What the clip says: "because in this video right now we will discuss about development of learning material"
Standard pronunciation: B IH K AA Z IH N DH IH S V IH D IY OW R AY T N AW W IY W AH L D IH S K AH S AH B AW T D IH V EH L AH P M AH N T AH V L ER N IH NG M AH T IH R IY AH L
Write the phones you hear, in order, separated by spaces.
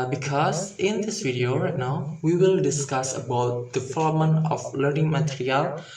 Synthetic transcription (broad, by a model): B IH K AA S IH N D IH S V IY D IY OW R AY T N AW W IY W AH L D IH S K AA S AH B AW T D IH F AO L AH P M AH N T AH F L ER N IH NG M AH T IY R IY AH L